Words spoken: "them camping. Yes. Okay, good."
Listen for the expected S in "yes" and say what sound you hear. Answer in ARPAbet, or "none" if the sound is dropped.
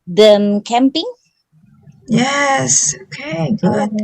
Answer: S